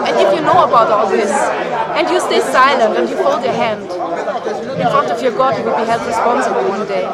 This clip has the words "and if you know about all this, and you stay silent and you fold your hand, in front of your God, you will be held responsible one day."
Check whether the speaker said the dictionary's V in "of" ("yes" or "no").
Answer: no